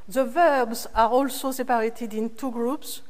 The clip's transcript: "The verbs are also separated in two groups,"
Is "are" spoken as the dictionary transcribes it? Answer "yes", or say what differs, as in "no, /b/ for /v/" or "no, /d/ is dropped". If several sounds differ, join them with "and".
yes